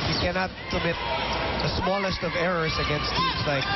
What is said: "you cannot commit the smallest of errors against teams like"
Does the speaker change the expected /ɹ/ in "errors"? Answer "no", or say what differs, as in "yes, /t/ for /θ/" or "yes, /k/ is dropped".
no